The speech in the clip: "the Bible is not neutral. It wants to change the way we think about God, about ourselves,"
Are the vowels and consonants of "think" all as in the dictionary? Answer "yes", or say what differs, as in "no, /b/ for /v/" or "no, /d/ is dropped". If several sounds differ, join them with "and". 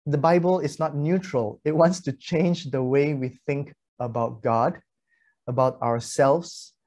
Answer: yes